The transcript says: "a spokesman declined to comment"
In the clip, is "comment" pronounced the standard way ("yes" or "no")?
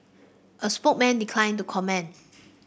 no